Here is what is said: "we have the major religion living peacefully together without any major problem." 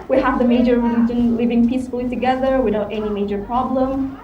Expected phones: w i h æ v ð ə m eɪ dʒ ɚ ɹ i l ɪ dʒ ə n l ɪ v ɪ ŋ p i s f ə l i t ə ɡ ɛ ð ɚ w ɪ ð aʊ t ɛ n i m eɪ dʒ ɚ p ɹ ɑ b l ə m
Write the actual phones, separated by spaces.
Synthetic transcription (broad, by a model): w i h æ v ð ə m eɪ dʒ ɚ w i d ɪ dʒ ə n l ɪ v ɪ ŋ p i s f ə l i t ə ɡ ɛ ð ɚ w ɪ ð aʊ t ɛ n i m eɪ dʒ ɚ p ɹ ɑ b l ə m